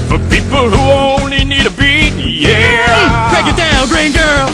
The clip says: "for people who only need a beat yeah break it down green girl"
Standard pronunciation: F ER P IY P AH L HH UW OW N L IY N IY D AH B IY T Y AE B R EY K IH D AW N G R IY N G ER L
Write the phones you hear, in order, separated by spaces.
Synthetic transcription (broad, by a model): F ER P IY P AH L HH UW OW N L IY N IY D AH B IY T Y AE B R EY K IH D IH L G R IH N G ER L